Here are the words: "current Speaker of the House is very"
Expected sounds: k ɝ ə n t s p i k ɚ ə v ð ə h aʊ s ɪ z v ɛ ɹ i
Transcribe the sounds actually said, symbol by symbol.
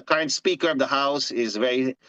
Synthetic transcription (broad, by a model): k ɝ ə n t s p i k ɚ ə v ð ə h aʊ s ɪ z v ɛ ɹ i